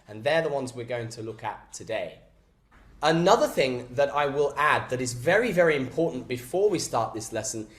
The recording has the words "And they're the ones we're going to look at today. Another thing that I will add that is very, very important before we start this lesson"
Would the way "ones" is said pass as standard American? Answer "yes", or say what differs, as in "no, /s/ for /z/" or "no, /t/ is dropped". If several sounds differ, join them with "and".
yes